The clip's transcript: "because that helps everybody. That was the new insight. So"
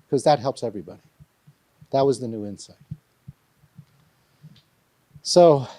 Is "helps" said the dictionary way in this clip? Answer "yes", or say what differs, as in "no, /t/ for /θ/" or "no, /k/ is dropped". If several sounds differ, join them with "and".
yes